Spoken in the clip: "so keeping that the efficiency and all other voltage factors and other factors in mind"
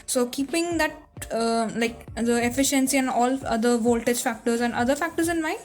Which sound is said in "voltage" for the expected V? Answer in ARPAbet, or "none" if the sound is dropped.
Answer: V